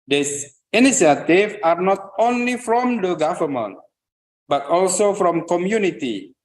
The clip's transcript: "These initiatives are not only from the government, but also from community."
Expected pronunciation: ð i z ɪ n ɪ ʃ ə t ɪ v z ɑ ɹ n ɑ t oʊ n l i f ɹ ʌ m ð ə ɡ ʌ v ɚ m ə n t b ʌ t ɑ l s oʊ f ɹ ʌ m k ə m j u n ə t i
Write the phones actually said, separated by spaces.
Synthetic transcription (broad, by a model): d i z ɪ n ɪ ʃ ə t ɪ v ɑ ɹ n ɑ t oʊ n l i f ɹ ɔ m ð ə ɡ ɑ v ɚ m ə n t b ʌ t ɑ l s oʊ f ɹ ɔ m k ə m j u n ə t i